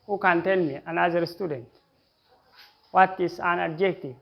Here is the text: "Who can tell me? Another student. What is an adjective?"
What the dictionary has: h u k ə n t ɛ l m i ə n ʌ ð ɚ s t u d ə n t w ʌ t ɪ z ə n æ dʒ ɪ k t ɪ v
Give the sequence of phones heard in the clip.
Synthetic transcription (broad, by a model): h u k ə n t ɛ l m i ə n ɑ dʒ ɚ s t u d ə n t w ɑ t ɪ s ə n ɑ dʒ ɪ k t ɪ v